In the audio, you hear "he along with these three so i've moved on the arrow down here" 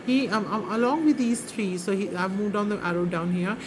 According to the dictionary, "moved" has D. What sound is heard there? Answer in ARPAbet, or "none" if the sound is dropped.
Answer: D